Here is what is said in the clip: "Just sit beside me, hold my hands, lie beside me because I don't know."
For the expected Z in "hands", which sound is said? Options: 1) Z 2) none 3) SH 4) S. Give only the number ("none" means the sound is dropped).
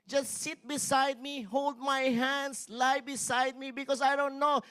4